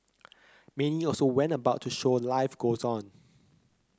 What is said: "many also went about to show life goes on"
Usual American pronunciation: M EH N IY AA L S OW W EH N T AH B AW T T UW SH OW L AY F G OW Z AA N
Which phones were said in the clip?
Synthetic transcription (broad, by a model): M EH N IY AA L S OW W EH N T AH B AW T T UW SH OW L AY F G OW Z AA N